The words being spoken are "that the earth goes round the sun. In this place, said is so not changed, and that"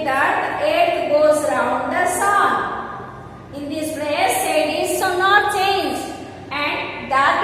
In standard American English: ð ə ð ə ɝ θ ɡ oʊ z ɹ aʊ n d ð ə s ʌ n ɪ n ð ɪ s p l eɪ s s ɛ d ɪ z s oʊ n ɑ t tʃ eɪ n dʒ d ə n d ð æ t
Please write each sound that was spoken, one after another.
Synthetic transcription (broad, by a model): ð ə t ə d t ɡ oʊ z ɹ aʊ n d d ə s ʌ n ɪ n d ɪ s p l eɪ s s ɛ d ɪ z s oʊ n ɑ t tʃ eɪ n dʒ ə n d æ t